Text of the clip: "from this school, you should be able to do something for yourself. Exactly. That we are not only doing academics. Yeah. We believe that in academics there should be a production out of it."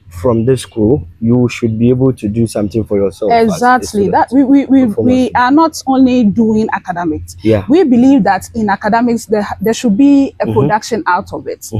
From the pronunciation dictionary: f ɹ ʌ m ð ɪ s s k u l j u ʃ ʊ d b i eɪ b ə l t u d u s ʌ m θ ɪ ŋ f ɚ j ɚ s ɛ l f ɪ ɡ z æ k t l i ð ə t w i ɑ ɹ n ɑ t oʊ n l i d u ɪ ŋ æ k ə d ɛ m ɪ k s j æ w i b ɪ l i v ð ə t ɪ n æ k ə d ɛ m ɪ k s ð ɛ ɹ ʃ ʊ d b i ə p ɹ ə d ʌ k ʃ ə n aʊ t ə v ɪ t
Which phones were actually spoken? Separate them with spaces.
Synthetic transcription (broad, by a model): f ɹ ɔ m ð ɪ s s k u l j u ʃ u d b i eɪ b ə l t u d u s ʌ m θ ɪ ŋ f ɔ j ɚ s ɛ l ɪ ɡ z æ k t l i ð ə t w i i w n ɑ t oʊ n l i d u ɪ ŋ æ k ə d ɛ m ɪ k s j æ w i b ɪ l i v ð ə t ɪ n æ k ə d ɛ m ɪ k s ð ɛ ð ʃ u d b i ə p ɹ ə d ʌ k ʃ ə n aʊ t ə v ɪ t